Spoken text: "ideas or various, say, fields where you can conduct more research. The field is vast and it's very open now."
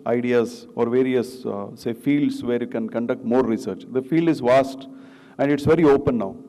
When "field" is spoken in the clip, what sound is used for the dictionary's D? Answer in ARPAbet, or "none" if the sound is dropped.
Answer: D